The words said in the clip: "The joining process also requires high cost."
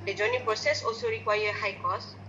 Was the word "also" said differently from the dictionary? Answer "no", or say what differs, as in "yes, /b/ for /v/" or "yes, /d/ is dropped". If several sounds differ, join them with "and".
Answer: yes, /l/ is dropped